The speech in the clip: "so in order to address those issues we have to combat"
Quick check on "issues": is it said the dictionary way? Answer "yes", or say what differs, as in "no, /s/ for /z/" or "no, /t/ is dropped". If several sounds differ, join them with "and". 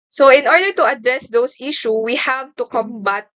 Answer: no, /z/ is dropped